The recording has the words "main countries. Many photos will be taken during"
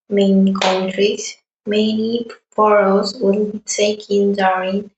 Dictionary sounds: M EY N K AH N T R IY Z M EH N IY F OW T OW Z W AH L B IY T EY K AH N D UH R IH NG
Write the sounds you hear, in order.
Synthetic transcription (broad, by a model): M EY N K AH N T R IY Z M EH N IY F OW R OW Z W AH N B IY T EY K AH N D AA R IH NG